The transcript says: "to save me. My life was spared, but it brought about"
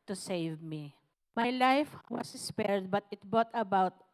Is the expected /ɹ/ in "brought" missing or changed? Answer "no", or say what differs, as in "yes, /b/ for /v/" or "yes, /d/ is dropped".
yes, /ɹ/ is dropped